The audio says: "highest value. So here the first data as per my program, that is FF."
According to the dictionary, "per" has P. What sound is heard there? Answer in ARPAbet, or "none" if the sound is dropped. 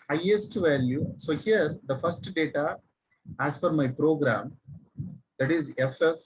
F